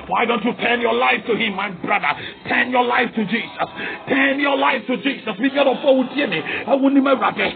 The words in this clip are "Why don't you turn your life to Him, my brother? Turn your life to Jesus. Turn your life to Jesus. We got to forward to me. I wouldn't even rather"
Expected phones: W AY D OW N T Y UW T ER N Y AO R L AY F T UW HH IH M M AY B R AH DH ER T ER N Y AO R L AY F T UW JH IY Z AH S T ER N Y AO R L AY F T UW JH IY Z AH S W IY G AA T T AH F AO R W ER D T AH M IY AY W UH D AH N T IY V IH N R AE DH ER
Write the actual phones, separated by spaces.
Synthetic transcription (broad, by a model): W AY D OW N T Y UW T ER N Y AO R L AY F T UW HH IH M M AY B R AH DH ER T ER N Y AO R L AY F T UW JH IY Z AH S T ER N Y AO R L AY F T UW JH IY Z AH S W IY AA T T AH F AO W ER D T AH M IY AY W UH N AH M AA IH R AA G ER